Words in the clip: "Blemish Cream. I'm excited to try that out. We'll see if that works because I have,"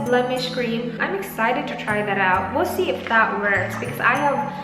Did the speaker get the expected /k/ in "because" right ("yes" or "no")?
yes